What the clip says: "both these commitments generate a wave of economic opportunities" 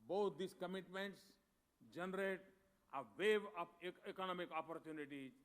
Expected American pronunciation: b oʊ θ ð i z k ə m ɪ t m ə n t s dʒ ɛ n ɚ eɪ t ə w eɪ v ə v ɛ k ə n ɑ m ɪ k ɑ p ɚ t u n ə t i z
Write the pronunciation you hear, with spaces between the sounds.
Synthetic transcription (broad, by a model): b oʊ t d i s k ə m ɪ t m ə n t s dʒ ɛ n ɚ eɪ t ə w eɪ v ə p ɛ k ə n ɑ m ɪ k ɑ p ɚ t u n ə t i